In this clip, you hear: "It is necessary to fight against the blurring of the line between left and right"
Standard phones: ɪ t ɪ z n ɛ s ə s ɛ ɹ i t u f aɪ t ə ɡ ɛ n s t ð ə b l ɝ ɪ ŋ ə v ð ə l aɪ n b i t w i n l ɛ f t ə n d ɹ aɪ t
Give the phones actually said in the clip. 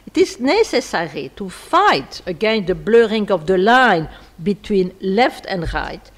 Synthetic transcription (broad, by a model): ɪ t ɪ z n ɛ s ə s ɛ ɹ i t u f aɪ t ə ɡ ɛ n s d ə b l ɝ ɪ ŋ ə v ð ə l aɪ n b i t w i n l ɛ f t ə n d ɹ aɪ t